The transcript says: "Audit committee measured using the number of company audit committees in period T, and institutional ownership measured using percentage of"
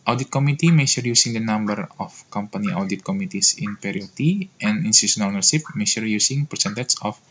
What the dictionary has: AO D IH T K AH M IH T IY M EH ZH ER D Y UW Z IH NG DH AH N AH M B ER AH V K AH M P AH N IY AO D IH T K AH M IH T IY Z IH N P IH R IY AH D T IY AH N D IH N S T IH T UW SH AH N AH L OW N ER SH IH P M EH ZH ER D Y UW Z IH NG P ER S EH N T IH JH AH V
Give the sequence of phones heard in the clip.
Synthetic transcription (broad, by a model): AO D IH T K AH M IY T IY M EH SH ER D Y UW S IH NG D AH N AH M B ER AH F K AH M P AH N IY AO D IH T K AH M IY T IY S IH N P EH R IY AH T IY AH N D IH N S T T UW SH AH N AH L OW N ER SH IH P M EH SH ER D Y UW S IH NG P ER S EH N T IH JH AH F